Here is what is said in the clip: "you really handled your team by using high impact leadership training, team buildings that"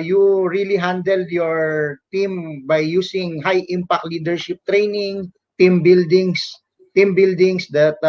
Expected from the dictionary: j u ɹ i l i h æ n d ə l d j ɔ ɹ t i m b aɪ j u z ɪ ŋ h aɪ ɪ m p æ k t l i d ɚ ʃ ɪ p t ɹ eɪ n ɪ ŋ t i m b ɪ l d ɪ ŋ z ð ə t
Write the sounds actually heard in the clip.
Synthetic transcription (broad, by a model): j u ɹ i l i h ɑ n d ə l d j ɔ ɹ t i m b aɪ j u s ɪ ŋ h aɪ ɪ m p æ k t l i d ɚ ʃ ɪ p t ɹ eɪ n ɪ ŋ t i m b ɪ l d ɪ ŋ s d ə t